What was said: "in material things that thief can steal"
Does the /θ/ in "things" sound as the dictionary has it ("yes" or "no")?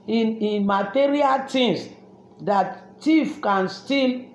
no